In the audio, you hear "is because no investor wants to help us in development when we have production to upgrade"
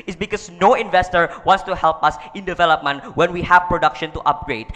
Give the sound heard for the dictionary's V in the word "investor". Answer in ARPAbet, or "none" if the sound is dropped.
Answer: V